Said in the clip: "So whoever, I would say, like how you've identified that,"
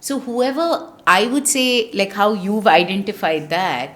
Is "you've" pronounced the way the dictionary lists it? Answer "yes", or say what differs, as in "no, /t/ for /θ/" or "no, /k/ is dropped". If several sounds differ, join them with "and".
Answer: yes